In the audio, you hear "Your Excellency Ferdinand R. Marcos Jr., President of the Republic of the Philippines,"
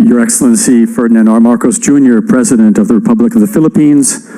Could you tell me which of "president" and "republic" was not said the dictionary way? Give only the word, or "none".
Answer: none